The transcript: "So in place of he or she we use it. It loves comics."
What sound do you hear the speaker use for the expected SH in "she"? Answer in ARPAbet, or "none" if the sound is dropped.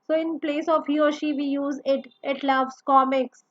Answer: SH